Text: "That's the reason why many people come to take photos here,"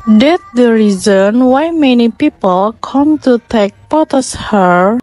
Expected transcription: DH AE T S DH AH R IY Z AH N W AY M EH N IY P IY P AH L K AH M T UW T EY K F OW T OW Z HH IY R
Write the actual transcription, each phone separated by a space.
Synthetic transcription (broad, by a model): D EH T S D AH R IY Z AH N W AY M EH N IY P IY P AH L K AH M T UW T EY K P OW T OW S HH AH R